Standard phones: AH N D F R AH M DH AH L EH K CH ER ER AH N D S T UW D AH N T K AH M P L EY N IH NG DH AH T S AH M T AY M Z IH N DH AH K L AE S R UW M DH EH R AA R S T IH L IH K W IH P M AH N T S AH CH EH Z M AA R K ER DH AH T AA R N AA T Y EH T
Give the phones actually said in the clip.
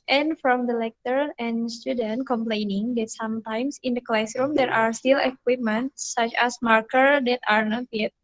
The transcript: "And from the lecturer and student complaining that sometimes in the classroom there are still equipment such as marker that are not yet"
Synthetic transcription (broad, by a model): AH N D F R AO M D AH L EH K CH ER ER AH N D S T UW D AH N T K AH M P L EY N IH NG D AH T S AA M T AY M S IH N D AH K L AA S R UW M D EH R AA R S T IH L IH K W IH P M AH N T S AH CH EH S M AA R K ER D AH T AA R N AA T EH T